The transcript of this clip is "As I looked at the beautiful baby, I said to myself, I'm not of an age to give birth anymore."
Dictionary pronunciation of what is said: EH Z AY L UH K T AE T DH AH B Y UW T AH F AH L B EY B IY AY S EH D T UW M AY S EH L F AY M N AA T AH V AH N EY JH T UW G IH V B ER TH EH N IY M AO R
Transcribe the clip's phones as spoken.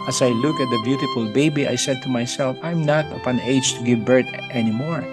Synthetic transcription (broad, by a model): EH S AY L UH K AE T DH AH B Y UW T AH F AH L B EY B IY AY S EH D T UW M AY S EH L F AY M N AA T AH P AH N EY JH T UW G IH V B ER T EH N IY M AO R